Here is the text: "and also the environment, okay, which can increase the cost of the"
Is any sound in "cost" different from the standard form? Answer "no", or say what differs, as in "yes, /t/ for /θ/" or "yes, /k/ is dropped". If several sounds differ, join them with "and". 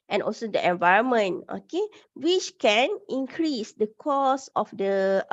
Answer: yes, /t/ is dropped